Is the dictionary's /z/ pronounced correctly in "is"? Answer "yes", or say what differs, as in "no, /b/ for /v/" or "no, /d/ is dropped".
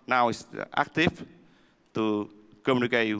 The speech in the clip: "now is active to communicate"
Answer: no, /s/ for /z/